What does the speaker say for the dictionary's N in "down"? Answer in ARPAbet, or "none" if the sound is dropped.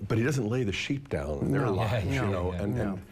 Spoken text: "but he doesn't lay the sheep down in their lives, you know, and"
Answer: none